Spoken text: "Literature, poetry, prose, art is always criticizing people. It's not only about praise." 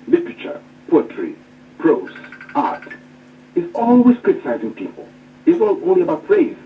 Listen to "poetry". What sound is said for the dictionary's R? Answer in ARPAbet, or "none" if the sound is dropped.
R